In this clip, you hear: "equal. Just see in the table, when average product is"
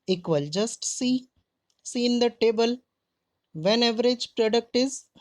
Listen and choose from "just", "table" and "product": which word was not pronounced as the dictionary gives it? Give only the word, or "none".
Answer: none